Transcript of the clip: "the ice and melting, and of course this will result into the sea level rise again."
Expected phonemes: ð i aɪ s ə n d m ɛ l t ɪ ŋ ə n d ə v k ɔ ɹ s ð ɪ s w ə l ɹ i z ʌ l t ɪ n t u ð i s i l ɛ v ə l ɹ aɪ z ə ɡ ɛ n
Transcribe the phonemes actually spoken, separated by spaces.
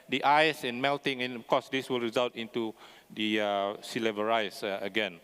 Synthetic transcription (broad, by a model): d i aɪ s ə n m ɛ l t ɪ ŋ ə n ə f k ɔ s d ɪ s w ə l ɹ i z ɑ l t ɪ n t u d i s i l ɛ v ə ɹ aɪ s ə ɡ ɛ n